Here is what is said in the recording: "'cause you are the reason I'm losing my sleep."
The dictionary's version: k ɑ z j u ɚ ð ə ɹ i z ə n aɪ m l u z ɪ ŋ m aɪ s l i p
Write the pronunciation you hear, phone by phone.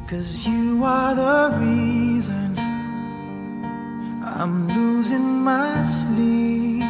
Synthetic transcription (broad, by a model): k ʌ z j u ɚ ð ə ɹ i z ə n aɪ m l u z ɪ ŋ m aɪ s l i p